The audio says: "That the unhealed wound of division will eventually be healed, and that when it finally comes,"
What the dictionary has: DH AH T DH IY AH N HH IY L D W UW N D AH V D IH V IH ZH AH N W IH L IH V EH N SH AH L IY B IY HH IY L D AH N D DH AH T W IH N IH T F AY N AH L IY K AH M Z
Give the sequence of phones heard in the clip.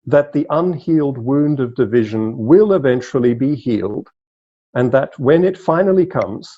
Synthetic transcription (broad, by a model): DH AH T DH IY AH N HH IY L D W UW N D AH V D IH V IH ZH AH N W IH L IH V EH N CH L IY B IY HH IY L D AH N DH AH T W IH N IH T F AY N L IY K AH M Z